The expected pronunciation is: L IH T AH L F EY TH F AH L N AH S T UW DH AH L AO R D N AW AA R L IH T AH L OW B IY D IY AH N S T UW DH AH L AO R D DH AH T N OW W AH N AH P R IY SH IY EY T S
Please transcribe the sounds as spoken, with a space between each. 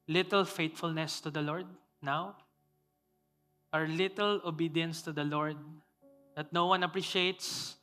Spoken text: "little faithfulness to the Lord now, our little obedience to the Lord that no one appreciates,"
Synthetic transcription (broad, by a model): L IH T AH L F EY T F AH L N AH S T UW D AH L AO R D N AW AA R L IH T AH L OW B IY D IY AH N S T UW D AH L AO R D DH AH T N OW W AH N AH P R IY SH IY EY T S